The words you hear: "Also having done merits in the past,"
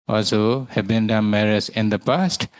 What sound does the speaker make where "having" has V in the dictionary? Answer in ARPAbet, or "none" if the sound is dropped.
B